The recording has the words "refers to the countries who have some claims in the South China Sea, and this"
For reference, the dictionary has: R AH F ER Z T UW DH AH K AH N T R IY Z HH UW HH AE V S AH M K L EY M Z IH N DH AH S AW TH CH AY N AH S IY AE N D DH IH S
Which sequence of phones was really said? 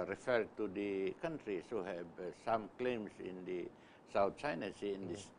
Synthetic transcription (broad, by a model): R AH F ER T UW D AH K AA N T R IY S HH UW HH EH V S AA M K L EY M S IH N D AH S AW T CH AY N AH S IY N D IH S